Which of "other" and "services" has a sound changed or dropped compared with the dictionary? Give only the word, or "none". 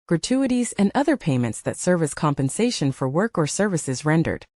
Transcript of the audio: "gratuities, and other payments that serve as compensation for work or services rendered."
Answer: none